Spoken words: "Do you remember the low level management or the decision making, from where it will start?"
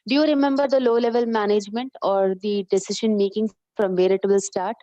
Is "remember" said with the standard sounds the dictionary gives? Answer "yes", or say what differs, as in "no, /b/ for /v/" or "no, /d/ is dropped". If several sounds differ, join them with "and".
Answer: yes